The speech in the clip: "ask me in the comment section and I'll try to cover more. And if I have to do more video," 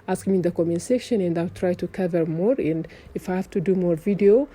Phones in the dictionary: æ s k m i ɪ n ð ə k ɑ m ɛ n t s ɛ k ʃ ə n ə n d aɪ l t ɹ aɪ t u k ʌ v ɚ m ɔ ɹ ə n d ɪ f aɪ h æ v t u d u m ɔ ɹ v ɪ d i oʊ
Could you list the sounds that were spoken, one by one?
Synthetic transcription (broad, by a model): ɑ s k m i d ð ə k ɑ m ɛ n s ɛ k ʃ ə n ə n d aɪ l t ɹ aɪ t u k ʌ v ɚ m ɔ ɹ ə n d ɪ f aɪ h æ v t u d u m ɔ ɹ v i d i oʊ